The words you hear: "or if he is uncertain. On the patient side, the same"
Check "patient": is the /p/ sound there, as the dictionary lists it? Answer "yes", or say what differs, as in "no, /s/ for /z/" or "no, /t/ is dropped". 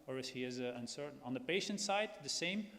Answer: yes